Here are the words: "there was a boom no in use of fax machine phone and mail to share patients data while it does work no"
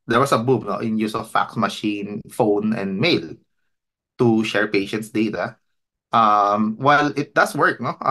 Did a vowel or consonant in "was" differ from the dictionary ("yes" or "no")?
yes